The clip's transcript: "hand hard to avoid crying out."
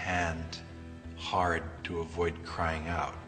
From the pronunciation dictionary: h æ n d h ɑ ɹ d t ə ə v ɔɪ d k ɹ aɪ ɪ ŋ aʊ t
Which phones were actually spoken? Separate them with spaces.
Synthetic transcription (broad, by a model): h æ n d h ɑ ɹ d t ə ə v ɔɪ d k ɹ aɪ ɪ ŋ aʊ t